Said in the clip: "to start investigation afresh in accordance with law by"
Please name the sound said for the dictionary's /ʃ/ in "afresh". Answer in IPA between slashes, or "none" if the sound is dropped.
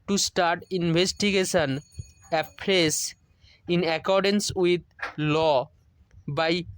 /s/